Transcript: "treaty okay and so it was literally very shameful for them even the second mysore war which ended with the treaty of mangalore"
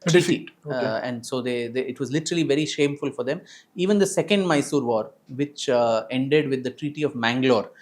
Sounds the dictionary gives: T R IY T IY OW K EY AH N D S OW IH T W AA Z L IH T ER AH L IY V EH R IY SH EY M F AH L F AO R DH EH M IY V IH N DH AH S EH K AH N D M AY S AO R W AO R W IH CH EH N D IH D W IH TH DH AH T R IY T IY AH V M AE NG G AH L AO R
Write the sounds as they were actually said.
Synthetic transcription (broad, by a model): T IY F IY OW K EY AH N D S OW IH T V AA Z L IH T ER AH L IY V EH R IY SH EY M F AH L F AO R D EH M IY V IH N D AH S EH K AH N D M AY S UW R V AO R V IH CH EH N D IH D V IH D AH T R IY T IY AH V M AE NG G L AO R